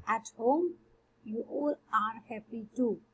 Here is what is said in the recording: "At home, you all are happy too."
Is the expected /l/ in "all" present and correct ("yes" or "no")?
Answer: yes